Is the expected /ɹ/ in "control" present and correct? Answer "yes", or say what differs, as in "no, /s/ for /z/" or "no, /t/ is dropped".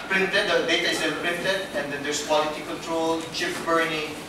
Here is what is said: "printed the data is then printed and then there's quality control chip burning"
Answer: yes